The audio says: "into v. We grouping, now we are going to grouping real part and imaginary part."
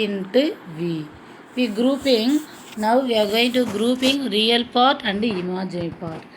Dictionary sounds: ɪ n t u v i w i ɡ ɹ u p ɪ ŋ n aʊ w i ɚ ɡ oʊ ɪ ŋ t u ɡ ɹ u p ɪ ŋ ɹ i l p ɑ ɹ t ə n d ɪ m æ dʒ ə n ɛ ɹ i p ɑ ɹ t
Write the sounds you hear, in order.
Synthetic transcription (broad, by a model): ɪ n t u v i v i ɡ ɹ u p ɪ ŋ n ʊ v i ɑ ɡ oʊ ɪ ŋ t u ɡ ɹ u p ɪ ŋ ɹ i l p ɑ ɹ t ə n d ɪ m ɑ dʒ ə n p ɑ ɹ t